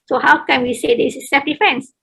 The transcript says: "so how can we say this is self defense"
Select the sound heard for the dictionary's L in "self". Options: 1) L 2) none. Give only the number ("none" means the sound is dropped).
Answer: 2